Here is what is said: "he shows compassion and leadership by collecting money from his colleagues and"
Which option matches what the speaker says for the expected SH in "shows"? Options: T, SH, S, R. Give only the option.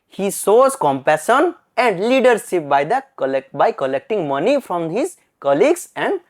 S